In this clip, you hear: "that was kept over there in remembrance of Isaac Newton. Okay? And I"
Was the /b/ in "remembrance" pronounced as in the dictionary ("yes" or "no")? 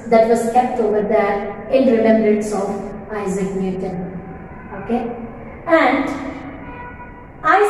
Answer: no